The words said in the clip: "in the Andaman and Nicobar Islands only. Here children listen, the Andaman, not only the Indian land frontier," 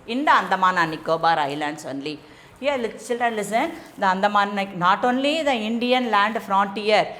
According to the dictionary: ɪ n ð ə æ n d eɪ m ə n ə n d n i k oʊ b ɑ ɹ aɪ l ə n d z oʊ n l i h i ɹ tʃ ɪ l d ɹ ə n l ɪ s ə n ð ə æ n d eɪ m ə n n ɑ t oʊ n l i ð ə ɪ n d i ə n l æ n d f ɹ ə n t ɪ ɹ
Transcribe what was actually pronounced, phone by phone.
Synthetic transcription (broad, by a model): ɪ n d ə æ n d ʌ m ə n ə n n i k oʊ b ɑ ɹ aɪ l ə n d s oʊ n l i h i l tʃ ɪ l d ɹ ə n l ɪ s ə n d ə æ n d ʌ m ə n n ɑ t oʊ n l i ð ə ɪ n d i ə n l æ n d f ɹ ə n t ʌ ɹ